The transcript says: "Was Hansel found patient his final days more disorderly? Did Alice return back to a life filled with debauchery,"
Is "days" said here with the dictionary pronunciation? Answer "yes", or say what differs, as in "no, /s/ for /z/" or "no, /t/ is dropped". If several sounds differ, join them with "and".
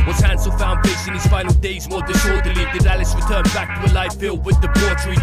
yes